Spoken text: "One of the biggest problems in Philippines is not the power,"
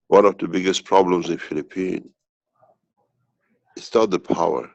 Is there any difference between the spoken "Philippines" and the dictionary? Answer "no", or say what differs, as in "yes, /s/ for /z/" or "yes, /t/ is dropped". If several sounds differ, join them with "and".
yes, /z/ is dropped